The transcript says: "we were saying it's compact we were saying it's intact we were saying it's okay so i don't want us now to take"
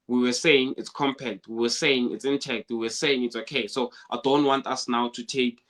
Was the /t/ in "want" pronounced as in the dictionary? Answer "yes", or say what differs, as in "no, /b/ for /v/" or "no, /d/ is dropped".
yes